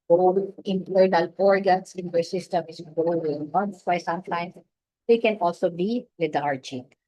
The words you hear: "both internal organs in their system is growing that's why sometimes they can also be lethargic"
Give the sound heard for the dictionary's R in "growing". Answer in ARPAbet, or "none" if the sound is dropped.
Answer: none